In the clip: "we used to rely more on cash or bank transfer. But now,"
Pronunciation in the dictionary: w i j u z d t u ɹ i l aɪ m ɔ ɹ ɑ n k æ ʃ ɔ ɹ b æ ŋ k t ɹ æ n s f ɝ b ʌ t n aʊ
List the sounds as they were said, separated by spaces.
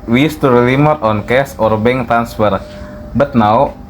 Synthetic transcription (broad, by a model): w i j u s t u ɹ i l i m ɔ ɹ ɑ n k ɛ s ɔ ɹ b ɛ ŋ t ɹ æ n s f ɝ b ʌ t n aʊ